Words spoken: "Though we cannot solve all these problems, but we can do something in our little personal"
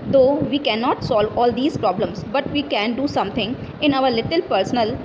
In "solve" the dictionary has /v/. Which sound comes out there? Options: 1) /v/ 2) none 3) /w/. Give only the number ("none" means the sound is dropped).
1